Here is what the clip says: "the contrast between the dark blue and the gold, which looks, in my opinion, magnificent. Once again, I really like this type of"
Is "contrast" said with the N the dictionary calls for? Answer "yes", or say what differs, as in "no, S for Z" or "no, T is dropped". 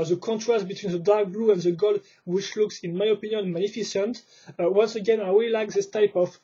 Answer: yes